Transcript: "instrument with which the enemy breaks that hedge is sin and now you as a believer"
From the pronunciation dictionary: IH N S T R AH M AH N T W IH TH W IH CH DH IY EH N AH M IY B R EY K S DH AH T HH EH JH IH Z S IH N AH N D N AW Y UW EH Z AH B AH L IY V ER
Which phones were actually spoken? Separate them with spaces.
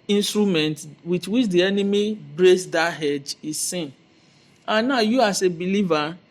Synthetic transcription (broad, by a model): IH N S T R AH M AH N T W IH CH W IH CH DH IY EH N AH M IY B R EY S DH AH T HH EH JH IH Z S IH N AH N N AW Y UW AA S AH B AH L IY V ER